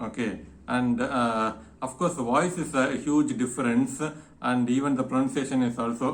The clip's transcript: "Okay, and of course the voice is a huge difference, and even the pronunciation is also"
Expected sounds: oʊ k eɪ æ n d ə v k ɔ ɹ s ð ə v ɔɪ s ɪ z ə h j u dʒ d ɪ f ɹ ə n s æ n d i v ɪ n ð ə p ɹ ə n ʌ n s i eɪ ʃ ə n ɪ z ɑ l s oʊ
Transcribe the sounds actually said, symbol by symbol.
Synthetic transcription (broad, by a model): oʊ k eɪ æ n d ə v k ɔ ɹ s v ɔɪ s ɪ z h j u dʒ d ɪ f ɹ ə n s æ n d i v ɪ n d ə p ɹ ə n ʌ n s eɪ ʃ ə n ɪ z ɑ l s oʊ